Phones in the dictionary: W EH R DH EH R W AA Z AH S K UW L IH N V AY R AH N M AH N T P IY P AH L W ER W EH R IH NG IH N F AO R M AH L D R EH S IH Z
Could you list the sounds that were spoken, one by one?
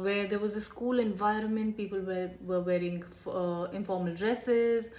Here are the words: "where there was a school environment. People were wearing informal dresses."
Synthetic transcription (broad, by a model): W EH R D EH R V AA Z AH S K UW L IH N V AY R AH N M AH N T P IY P AH L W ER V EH R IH NG IH N F AO R M AH L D R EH S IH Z